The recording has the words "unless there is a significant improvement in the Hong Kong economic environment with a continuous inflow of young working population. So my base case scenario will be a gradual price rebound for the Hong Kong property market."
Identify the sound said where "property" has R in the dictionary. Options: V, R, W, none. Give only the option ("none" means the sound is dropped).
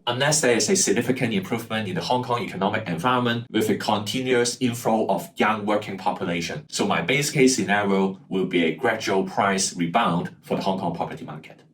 none